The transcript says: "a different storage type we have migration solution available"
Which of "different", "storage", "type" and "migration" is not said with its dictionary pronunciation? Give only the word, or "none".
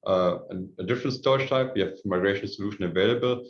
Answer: storage